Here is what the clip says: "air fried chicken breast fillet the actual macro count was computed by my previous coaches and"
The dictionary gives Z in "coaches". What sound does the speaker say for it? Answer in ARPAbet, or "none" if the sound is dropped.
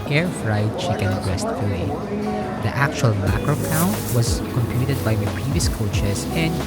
S